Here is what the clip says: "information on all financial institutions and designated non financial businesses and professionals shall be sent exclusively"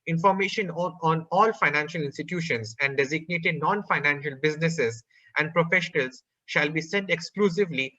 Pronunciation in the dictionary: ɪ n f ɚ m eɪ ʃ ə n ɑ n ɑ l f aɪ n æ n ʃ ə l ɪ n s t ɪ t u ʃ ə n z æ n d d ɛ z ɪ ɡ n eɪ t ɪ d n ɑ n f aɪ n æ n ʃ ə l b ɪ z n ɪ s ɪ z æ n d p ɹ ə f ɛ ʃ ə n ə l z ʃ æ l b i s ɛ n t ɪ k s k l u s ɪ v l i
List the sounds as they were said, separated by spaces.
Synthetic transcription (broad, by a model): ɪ n f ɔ m eɪ ʃ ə n ɑ n ɑ l f aɪ n æ n ʃ ə l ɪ n s t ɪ t u ʃ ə n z æ n d d ɛ z ɪ ɡ n eɪ t ɪ d n ɑ n f aɪ n æ n ʃ ə l b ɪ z n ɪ s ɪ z æ n d p ɹ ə f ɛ ʃ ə n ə l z ʃ æ l b i s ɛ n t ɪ k s k l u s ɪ v l i